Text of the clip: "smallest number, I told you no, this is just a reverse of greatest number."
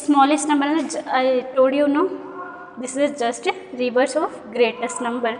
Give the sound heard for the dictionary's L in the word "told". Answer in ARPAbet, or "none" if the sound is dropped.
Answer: none